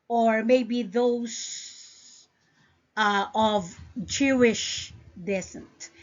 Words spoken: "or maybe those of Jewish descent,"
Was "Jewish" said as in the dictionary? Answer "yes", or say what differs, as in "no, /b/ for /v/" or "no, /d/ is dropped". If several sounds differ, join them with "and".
yes